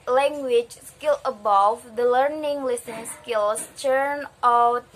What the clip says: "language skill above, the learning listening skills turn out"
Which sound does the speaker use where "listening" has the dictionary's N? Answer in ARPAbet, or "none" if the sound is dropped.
none